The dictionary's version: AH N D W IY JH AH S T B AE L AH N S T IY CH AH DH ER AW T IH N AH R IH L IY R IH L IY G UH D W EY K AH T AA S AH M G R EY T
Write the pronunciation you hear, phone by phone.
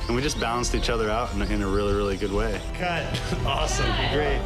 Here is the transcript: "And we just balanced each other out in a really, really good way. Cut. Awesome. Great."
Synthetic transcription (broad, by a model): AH N W IY JH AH S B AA AH N S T IY CH AH DH ER AW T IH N AH R IH L IY R IH L IY G UH D W EY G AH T AA S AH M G R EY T